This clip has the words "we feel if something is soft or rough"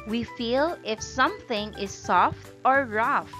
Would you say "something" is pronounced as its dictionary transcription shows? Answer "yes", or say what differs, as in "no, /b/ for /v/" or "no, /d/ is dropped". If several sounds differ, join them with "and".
yes